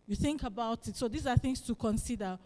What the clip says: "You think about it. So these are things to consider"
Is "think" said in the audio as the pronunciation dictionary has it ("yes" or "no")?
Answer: yes